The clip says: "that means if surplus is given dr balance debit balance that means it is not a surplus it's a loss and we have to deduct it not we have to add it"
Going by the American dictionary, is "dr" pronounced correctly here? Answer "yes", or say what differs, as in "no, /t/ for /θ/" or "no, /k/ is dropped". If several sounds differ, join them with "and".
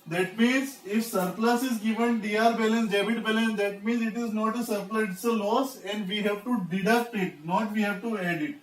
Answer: no, /k/ is dropped